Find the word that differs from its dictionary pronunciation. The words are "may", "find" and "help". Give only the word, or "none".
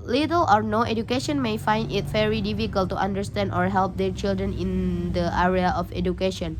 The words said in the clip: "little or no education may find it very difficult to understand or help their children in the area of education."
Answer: none